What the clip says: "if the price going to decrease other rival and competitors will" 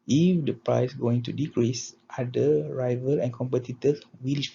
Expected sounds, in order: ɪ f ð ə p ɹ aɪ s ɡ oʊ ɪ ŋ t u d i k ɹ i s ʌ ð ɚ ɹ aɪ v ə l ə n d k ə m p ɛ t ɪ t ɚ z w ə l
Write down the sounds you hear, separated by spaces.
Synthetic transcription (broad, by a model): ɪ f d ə p ɹ aɪ s ɡ oʊ ɪ ŋ t u d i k ɹ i s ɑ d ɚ ɹ aɪ v ə l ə n k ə m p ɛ t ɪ t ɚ w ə l